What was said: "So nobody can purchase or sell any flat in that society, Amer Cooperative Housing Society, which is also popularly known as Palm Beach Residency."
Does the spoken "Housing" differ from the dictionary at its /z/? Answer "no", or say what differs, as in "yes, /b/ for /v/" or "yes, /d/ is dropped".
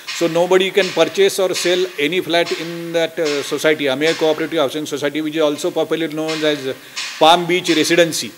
yes, /s/ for /z/